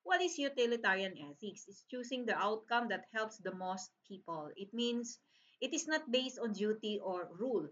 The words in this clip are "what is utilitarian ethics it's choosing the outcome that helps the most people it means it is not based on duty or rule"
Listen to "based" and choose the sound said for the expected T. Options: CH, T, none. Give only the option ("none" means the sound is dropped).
T